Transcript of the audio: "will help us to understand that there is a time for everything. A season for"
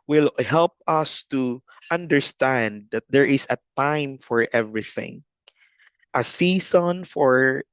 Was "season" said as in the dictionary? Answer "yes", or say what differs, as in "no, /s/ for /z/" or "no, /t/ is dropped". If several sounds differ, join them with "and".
no, /s/ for /z/